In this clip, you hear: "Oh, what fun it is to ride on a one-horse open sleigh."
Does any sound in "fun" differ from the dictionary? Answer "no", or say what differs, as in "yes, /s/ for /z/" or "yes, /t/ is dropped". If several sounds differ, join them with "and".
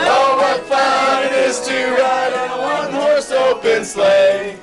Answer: yes, /n/ is dropped